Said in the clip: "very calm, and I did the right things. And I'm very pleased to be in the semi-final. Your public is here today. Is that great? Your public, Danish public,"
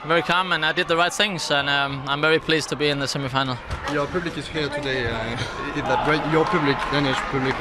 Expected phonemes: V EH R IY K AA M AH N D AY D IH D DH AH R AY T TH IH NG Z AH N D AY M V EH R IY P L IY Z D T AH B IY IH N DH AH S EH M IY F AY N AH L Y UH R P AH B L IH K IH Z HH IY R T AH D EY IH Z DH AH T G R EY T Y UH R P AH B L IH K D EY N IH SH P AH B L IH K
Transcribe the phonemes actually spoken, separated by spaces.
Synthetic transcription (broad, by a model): V EH R IY K AA M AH N AY D IH D DH AH R AY T TH IH NG Z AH N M AY M V EH R IY P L IY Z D T AH B IY IH N DH AH S EH M IY F AY N L Y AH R P AH B L IH K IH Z HH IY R T AH D EY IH DH AH T G R EY T Y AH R P AH B L IH K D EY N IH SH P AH B L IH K